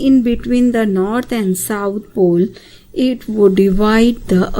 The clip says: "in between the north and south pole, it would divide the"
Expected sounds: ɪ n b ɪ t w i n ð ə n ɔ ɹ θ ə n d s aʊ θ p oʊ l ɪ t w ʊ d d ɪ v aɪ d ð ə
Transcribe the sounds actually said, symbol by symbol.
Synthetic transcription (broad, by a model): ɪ n b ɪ t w i n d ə n ɔ ɹ t ə n d s aʊ t p oʊ l ɪ t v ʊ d d ɪ v aɪ d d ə